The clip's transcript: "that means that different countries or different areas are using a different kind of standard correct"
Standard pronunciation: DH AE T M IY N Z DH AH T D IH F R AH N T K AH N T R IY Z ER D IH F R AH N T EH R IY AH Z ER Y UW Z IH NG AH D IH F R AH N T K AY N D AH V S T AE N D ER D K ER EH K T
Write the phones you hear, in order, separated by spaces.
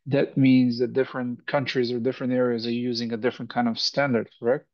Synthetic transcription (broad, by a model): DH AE T M IY N Z DH AH T D IH F R AH N T K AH N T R IY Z ER D IH F R AH N T EH R IY AH Z ER Y UW Z IH NG AH D IH F R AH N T K AY N D AH V S T AE N D ER D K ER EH K T